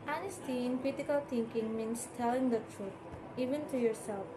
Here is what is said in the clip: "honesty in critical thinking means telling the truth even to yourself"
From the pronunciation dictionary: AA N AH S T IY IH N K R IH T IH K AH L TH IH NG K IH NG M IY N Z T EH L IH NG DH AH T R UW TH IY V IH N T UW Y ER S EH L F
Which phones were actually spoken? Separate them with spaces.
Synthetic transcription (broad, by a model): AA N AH S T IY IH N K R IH T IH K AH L T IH NG K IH NG M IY N S T EH L IH NG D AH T R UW T IY V IH N T UW Y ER S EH L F